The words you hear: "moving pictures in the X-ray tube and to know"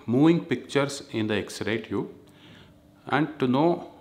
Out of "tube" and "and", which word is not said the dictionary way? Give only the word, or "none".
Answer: tube